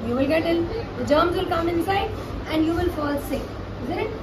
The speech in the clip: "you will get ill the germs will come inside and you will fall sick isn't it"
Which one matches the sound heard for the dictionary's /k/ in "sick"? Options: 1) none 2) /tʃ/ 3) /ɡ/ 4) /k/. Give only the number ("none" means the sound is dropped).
1